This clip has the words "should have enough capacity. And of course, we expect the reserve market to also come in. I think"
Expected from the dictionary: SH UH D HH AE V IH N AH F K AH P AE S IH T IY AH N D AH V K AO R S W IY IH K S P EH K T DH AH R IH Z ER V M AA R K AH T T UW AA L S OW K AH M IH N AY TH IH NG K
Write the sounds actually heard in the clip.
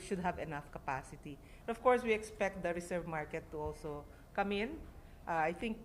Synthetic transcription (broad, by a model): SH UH D HH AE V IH N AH F K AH P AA S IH T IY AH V K AO R S W IY IH K S P EH K T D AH R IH S ER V M AA R K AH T T UW AA L S OW K AH M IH N AY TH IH NG K